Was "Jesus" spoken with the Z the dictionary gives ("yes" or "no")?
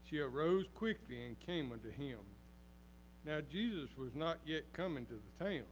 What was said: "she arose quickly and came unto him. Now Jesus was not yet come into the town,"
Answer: yes